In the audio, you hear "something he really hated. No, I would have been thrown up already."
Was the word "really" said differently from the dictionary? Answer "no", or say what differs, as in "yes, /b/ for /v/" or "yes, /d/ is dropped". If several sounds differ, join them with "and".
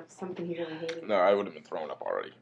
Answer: yes, /n/ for /l/